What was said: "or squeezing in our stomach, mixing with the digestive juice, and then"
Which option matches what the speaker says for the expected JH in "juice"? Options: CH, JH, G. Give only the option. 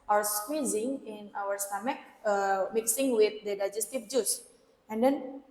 JH